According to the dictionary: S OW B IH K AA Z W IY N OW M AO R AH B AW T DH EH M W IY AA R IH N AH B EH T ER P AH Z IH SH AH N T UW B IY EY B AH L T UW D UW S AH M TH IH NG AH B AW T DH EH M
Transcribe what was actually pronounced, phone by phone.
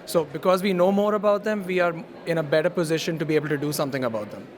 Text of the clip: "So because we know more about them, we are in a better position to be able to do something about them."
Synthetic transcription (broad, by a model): S OW B IH K AA Z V IY N OW M AO R AH B AW T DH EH M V IY AA R IH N AH B EH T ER P AH Z IH SH AH N T UW B IY EY B AH L T UW D UW S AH M T IH NG AH B AW T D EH M